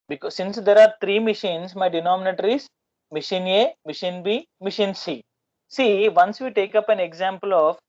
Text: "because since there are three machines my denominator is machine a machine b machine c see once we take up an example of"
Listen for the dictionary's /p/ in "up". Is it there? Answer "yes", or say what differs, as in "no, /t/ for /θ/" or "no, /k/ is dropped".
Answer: yes